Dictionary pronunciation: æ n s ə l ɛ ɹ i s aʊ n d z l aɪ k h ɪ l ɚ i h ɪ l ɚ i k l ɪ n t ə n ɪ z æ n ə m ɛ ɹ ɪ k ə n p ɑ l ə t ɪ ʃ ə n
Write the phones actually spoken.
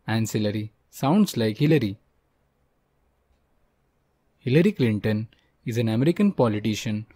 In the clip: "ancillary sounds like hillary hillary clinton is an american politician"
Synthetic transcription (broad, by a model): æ n s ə l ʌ ɹ i s aʊ n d s l aɪ k h ɪ l ɚ i h ɪ l ɚ i k l ɪ n t ə n ɪ z æ n ə m ɛ ɹ ɪ k ə n p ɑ l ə t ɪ ʃ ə n